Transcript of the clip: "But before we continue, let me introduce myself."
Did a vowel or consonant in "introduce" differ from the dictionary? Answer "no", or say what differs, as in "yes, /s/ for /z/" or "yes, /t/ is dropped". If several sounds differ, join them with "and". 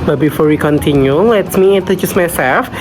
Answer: yes, /n/ is dropped and /ɹ/ is dropped